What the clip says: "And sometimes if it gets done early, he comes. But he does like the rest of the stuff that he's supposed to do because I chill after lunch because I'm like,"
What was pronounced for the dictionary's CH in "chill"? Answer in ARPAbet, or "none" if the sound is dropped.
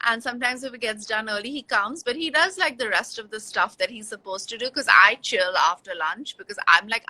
CH